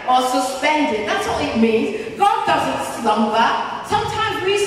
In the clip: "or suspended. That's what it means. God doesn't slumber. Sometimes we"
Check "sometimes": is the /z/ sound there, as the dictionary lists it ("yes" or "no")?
yes